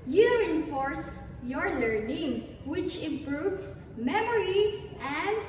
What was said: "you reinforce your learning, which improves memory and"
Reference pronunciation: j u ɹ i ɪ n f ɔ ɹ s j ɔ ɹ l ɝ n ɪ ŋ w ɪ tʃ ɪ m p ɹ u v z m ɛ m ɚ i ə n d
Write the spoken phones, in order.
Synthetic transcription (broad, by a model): j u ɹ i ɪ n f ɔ ɹ s j ɔ ɹ l ɝ n ɪ ŋ w ɪ tʃ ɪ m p ɹ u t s m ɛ m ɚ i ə n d